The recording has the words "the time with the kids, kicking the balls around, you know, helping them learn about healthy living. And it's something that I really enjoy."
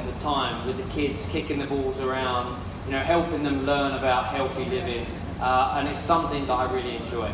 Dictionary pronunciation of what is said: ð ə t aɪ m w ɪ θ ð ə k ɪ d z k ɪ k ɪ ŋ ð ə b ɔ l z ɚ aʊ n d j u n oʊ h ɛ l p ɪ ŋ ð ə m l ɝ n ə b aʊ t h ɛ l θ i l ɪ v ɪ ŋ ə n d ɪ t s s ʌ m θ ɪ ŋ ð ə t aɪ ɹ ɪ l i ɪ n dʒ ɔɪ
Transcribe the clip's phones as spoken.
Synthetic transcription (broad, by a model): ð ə t aɪ m w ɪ ð ə k ɪ d z k ɪ k ɪ ŋ ð ə b ɔ l z ɚ aʊ n d j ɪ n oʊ h ɛ l p ɪ ŋ ð ə m l ɝ n ə b aʊ t h ɛ l θ i l ɪ v ɪ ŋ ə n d ɪ t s s ʌ m θ ɪ ŋ ð ə t aɪ ɹ ɪ l i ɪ n dʒ ɔɪ